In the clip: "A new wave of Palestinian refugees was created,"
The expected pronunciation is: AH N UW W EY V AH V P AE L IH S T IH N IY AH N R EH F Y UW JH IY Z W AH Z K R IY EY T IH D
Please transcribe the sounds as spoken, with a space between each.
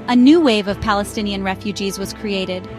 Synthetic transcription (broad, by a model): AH N UW W EY V AH V P AE L IH S T IH N IY AH N R EH F Y UW JH IY Z W AH Z K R IY EY T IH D